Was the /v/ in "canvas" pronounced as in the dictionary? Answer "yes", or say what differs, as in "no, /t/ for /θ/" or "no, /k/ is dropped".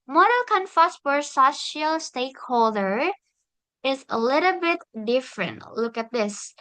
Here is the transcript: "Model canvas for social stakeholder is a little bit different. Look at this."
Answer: no, /f/ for /v/